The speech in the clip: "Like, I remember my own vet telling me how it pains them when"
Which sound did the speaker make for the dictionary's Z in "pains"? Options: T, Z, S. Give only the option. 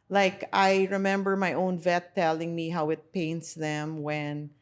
S